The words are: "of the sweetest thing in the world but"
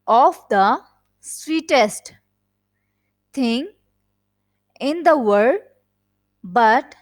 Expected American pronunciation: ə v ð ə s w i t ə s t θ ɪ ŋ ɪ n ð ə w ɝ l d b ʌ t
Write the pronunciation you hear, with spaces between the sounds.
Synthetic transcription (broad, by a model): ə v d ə s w i t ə s t t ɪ ŋ ɪ n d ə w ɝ d b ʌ t